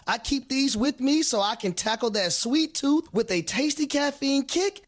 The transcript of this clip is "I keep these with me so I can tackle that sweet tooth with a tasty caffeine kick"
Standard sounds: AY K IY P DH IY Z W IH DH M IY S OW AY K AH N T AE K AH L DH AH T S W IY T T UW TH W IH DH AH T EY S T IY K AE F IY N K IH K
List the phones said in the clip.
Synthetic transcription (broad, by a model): AY K IY P DH IY Z W IH DH M IY S OW AY K AH N T AE K L DH AH T S W IY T T UW TH W IH DH AH T EY S T IY K AE F IY N K IH K